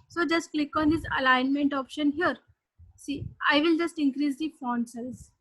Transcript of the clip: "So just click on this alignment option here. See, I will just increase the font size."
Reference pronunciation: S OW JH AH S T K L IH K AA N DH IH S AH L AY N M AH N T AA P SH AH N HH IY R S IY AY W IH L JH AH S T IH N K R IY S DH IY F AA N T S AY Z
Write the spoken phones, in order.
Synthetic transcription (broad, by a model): S OW JH AH S T K L IH K AA N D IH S AH L AY N M AH N T AA P SH AH N HH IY R S IY AY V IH L JH AH S T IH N K R IY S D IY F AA N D S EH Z